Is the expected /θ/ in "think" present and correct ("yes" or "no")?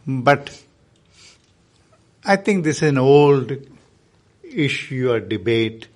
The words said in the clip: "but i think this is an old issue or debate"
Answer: no